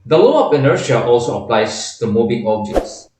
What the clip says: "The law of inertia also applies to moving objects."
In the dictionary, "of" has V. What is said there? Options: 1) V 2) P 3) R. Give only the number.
2